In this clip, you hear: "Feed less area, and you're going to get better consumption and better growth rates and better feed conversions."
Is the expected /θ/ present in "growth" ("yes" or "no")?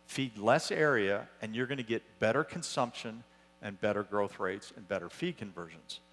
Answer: yes